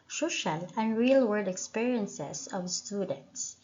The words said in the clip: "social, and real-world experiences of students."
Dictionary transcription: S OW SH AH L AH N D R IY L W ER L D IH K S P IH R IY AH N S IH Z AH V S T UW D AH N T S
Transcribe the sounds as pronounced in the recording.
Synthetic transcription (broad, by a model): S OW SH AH L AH N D R IY L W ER D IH K S P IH R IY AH N S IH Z AH V S T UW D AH N T S